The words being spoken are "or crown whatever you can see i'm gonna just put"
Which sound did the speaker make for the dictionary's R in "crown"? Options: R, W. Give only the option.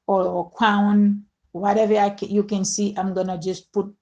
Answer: W